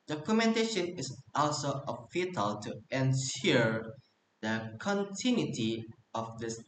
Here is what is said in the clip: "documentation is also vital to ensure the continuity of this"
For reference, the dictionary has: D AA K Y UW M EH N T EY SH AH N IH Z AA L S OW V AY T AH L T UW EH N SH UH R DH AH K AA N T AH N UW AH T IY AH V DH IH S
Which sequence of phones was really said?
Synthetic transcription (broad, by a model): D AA K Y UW M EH N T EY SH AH N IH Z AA L S OW F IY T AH L T UW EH N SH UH R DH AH K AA N T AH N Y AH T IY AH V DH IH S